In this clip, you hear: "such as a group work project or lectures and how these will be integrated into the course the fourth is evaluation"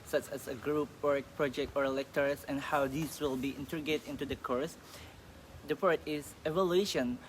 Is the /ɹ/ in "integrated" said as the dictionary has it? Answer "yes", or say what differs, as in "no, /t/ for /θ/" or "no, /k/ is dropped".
no, /ɹ/ is dropped